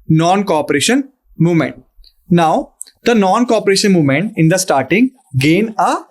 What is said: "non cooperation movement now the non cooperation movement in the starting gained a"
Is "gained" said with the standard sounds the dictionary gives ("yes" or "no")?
no